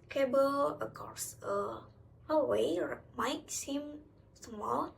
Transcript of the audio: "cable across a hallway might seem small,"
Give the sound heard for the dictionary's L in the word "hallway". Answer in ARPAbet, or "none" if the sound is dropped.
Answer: none